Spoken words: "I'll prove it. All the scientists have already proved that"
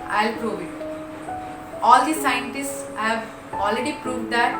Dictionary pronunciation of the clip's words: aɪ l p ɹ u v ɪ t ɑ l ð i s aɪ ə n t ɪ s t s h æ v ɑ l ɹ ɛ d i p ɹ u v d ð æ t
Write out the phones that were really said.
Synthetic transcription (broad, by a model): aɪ l p ɹ u v ɪ t ɑ l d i s aɪ ə n t ɪ s t s h æ v ɑ l ɹ ɛ d i p ɹ u v d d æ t